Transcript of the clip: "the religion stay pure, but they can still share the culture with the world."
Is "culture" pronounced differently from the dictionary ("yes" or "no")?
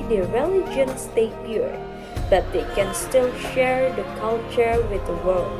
no